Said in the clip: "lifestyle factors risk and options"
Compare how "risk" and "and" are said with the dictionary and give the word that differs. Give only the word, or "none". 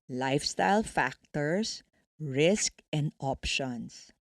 none